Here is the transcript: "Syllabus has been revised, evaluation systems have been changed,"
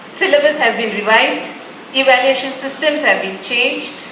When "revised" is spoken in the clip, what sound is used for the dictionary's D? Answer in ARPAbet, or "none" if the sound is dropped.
D